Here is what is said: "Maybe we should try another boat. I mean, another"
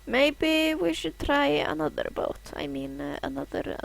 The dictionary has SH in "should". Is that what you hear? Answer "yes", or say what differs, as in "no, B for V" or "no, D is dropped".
yes